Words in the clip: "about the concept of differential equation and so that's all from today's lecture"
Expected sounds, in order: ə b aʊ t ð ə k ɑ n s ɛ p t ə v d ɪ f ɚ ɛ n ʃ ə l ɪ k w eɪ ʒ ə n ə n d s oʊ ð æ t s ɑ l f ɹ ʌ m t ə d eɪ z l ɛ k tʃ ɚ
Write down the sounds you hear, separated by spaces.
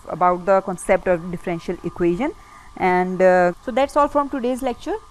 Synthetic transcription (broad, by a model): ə b aʊ t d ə k ɑ n s ɛ p t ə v d ɪ f ɚ ɛ n ʃ ə l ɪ k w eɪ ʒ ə n ə n d s oʊ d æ t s ɑ l f ɹ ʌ m t ə d eɪ z l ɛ k tʃ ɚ